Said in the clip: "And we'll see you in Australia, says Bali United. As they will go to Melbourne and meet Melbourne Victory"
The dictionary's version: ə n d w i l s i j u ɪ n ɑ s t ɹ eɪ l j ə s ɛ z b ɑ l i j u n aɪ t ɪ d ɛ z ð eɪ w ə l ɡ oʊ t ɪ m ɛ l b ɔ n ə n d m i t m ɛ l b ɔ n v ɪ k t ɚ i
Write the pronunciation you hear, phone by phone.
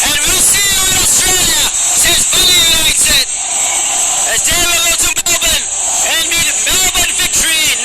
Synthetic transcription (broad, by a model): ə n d w i l s i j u ɪ n ɑ s t ɹ eɪ l j ə s ɛ z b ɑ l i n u i s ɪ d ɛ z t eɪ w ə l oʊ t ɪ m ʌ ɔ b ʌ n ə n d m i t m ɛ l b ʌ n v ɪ k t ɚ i